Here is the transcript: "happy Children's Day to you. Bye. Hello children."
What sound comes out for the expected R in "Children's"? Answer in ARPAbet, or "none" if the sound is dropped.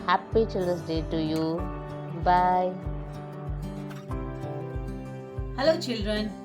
none